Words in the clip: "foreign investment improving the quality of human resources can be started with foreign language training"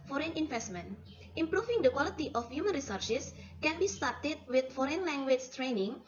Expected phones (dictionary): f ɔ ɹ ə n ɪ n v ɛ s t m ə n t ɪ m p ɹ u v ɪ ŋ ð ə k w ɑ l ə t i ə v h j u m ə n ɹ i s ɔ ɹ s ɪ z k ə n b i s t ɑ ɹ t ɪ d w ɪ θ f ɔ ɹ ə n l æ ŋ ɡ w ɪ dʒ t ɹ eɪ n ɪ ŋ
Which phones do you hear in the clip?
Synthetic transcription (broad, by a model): f ɔ ɹ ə n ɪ n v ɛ s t m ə n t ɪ m p ɹ u f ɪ ŋ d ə k w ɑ l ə t i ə f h j u m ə n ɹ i s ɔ ɹ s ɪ s k ə n b i s t ɑ ɹ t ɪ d w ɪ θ f ɔ ɹ ə n l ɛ ŋ ɡ w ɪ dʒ t ɹ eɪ n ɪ ŋ